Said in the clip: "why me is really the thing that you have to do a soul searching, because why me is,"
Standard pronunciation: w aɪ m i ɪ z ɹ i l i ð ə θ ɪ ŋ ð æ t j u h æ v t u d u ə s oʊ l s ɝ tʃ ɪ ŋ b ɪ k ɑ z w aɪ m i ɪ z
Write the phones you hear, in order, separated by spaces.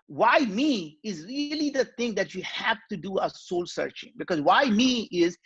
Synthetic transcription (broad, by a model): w aɪ m i ɪ z ɹ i l i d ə t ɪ ŋ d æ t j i h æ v t u d u ə s oʊ l s ɝ tʃ ɪ ŋ b ɪ k ɑ z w aɪ m i ɪ z